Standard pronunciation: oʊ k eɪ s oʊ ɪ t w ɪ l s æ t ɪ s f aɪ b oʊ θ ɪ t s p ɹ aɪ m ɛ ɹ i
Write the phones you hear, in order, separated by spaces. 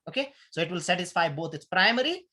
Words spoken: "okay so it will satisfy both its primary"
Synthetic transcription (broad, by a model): oʊ k eɪ s oʊ ɪ t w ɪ l s æ t ɪ s f aɪ b oʊ t ɪ t s p ɹ aɪ m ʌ ɹ i